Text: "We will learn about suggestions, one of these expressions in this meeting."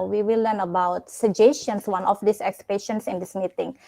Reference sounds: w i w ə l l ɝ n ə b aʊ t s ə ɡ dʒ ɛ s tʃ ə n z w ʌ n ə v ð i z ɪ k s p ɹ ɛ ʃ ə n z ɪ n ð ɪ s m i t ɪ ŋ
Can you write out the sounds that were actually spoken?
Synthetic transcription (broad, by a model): w i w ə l l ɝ n ə b aʊ t s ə dʒ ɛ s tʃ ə n s w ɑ n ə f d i s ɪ k s p ɛ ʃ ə n s ɪ n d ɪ s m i t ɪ ŋ